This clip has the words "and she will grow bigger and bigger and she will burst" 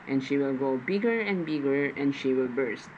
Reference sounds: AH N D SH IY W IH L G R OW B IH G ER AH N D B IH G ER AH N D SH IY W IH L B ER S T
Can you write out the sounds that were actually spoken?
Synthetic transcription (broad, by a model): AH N SH IY W IH L G OW B IH G ER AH N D B IH G ER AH N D SH IY W IH L B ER S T